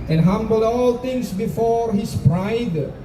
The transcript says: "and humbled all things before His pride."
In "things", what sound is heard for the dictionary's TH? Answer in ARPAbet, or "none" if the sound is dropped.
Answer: T